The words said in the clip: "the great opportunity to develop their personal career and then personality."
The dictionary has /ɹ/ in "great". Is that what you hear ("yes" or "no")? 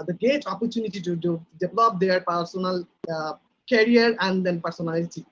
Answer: no